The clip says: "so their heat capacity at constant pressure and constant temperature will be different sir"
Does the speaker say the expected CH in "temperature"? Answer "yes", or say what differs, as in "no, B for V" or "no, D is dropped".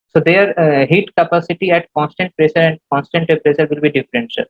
no, S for CH